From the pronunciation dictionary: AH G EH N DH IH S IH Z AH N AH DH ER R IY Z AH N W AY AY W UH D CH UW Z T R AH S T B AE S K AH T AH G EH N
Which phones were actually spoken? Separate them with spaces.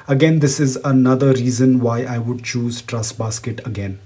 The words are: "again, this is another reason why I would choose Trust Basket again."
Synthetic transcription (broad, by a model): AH G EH N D IH S IH Z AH N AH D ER R IY Z AH N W AY AY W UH D CH UW Z T R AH S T B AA S K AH T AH G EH N